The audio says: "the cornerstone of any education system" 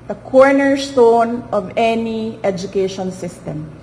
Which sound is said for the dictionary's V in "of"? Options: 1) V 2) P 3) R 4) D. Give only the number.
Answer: 1